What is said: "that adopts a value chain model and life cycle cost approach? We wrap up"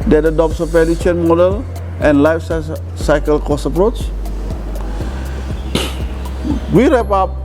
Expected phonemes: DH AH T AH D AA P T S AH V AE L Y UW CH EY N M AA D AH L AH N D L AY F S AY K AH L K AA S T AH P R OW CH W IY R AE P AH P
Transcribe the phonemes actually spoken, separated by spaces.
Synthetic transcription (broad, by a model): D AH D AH D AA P S AH P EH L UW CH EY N M AA D AH L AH N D L AY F S AY K AH L K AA S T AH P R OW CH W IY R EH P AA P